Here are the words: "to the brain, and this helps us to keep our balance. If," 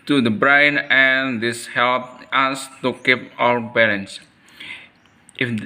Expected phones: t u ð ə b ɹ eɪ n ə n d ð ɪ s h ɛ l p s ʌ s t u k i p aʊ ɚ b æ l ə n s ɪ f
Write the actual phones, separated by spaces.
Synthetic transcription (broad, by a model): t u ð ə b ɹ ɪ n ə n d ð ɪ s h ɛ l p ʌ s t u k i p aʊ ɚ b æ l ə n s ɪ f